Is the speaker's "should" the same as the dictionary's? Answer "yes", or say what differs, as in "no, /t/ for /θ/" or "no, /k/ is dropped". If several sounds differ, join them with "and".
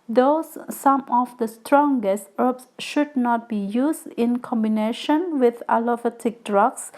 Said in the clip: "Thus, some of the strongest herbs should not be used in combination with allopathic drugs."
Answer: yes